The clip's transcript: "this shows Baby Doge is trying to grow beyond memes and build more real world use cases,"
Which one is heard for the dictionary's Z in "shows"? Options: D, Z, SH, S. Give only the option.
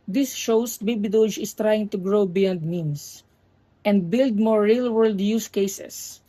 S